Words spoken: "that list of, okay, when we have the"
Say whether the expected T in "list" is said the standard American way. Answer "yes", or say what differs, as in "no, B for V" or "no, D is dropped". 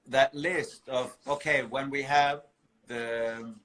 yes